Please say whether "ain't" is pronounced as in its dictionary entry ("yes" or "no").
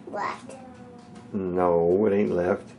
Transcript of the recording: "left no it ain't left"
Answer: yes